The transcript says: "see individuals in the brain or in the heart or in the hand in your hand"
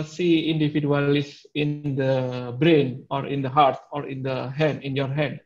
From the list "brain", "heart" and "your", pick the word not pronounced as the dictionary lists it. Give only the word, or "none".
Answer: none